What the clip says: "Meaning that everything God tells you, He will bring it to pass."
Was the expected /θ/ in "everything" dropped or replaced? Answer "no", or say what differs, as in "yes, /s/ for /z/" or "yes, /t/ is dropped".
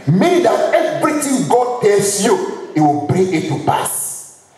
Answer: yes, /t/ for /θ/